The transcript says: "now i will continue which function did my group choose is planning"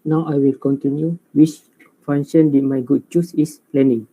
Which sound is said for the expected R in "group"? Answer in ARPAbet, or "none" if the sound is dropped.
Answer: none